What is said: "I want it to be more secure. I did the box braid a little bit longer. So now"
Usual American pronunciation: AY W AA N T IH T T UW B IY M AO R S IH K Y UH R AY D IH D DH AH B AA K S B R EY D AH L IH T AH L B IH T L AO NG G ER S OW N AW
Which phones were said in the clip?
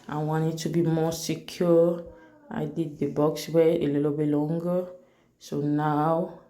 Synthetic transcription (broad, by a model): AY W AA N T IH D T UW B IY M AO S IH K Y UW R AY D IH D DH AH B AA K S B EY AH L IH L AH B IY L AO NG G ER S OW N AW